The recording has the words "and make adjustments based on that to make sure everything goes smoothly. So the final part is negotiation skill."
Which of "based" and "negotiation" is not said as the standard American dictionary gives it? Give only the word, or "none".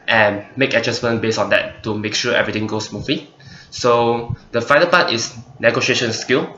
based